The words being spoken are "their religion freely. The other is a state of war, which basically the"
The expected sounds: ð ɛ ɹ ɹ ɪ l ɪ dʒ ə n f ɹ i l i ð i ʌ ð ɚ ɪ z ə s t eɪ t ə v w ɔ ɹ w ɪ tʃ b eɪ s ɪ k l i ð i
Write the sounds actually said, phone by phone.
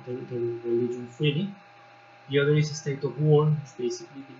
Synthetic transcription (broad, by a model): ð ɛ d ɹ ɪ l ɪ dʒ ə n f i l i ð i ʌ ð ɚ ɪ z ə s t eɪ t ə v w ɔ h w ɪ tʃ b eɪ s ɪ k l i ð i